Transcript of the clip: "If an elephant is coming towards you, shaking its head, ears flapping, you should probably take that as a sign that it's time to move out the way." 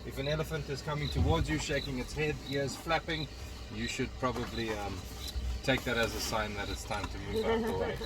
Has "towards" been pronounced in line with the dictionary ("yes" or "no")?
yes